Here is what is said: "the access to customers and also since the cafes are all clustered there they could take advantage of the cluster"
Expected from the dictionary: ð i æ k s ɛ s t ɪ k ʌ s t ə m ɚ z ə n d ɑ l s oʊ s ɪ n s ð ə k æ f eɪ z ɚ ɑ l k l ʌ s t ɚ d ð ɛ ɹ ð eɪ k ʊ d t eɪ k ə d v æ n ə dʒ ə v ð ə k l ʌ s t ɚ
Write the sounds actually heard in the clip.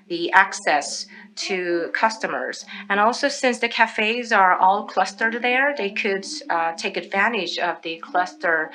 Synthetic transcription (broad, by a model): ð i æ k s ɛ s t ɪ k ʌ s t ə m ɚ z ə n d ɑ l s oʊ s ɪ n s ð ə k æ f eɪ z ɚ ɑ l k l ʌ s t ɚ d ð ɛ ɹ ð eɪ k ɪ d t eɪ k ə d v æ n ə dʒ ə v ð ə k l ʌ s t ɚ